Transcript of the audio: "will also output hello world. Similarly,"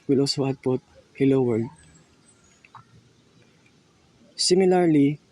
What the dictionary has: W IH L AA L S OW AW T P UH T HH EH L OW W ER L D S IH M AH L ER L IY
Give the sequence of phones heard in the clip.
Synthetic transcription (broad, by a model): W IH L AA L S OW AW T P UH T HH EH L OW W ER D S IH M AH L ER L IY